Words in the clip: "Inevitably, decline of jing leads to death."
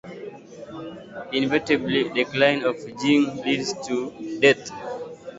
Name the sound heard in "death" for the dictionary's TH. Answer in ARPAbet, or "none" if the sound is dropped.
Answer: T